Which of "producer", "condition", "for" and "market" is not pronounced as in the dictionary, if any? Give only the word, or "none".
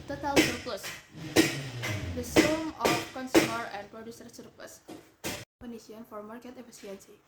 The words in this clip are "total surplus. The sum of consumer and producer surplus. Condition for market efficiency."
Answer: condition